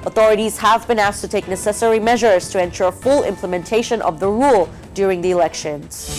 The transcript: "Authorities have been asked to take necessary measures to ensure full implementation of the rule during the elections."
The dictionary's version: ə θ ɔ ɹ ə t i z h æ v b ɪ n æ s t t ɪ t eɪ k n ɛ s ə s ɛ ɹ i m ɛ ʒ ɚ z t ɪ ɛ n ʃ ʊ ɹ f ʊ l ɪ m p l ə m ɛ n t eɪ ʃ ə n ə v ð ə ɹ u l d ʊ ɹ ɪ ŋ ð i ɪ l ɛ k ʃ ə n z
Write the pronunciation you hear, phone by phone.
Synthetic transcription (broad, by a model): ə θ ɔ ɹ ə t i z h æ v b ɪ n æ s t t ɪ t eɪ k n ɛ s ə s ɛ ɹ i m ɛ ʒ ɚ z t ɪ ɛ n ʃ ʊ ɹ f ʊ l ɪ m p l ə m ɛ n t eɪ ʃ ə n ə v ð ə ɹ u l d ʊ ɹ ɪ ŋ ð i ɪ l ɛ k ʃ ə n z